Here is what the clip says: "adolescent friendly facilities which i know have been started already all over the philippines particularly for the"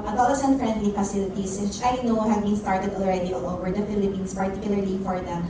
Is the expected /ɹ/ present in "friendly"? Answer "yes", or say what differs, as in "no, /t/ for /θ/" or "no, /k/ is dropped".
yes